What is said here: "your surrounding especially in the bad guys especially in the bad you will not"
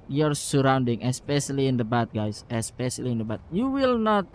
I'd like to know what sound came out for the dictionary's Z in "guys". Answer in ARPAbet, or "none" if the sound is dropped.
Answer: S